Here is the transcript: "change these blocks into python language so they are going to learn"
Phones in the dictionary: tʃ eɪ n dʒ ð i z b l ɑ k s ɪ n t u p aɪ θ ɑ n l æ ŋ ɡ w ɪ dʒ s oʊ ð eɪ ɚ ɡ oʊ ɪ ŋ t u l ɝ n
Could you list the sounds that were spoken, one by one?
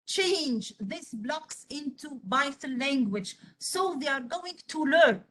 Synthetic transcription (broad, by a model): tʃ eɪ n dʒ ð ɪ s b l ɑ k s ɪ n t u b aɪ t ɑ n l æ ŋ ɡ w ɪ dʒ s oʊ ð eɪ ɚ ɡ oʊ ɪ ŋ t u l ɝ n